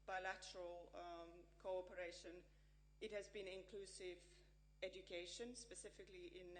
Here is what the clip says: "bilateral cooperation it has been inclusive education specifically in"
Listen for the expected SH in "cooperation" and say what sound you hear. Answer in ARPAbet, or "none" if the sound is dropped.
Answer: SH